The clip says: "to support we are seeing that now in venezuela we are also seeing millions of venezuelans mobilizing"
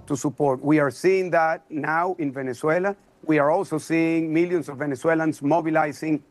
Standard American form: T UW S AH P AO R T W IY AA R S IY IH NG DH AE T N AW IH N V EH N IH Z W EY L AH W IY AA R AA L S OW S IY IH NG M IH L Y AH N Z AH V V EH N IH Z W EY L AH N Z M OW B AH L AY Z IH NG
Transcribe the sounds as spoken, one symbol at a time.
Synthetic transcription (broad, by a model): T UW S AH P AO R T W IY AA R S IY IH NG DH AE T N AW IH N V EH N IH S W EY L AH W IY AA R AA L S OW S IY IH NG M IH L Y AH N S AH V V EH N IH S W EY L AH N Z M OW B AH L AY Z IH NG